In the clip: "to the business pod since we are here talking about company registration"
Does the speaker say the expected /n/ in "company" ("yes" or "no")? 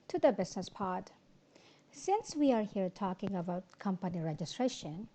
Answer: yes